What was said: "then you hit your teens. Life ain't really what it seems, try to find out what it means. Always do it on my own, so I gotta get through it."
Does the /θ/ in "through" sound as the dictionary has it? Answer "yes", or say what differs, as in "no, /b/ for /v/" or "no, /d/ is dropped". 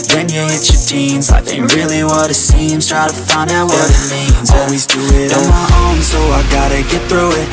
yes